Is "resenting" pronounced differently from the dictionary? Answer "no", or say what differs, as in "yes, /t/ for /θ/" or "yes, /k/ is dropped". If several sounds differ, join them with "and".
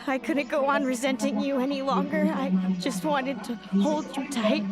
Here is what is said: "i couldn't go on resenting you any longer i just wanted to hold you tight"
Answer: no